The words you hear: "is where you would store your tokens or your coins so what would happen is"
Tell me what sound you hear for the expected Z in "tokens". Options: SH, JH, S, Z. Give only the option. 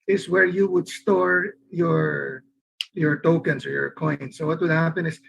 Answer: S